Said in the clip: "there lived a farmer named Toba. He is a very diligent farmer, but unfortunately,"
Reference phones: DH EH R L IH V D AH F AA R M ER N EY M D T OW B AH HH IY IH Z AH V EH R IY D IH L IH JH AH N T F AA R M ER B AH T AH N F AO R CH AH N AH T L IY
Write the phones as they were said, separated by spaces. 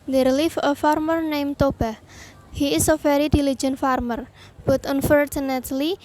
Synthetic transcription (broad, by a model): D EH R L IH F AH F AA R M ER N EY M T OW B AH HH IY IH S AH F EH R IY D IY L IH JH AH N F AA R M ER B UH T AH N F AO R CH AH N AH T L IY